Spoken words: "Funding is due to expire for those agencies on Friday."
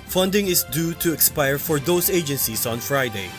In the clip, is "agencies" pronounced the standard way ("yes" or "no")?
no